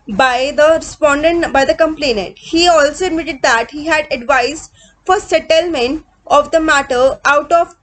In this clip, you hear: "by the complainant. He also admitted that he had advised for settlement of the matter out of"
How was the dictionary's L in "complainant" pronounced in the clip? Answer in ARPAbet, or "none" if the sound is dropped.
L